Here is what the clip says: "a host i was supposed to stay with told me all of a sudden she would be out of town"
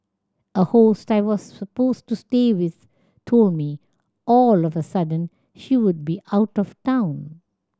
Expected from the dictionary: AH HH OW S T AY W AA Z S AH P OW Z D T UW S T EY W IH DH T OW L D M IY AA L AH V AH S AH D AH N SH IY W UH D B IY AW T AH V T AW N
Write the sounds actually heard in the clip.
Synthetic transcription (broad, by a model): AH HH OW S T AY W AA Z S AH P OW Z T UW S T EY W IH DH T OW L D M IY AA L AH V AH S AH D AH N SH IY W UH D B IY AW T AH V T AW N